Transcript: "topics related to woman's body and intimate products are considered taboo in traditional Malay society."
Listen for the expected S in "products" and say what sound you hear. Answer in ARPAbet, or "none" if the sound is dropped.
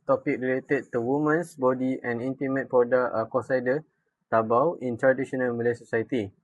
none